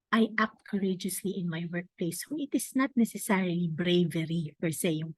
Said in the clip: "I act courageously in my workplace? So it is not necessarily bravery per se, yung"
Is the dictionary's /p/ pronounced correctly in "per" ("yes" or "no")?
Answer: no